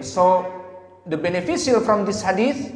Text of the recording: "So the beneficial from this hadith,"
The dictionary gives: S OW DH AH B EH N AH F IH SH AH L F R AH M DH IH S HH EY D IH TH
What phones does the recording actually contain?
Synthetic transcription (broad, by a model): S OW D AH B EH N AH F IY S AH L F R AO M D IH S HH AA D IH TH